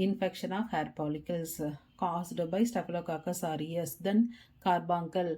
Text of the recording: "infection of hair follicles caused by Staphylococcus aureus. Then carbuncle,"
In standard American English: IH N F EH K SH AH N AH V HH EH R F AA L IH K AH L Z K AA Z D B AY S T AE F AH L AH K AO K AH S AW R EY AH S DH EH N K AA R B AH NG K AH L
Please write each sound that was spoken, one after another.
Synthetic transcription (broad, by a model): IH N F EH K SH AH N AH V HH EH R P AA L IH K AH L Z K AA S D B AY S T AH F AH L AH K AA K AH S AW R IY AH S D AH N K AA R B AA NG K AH L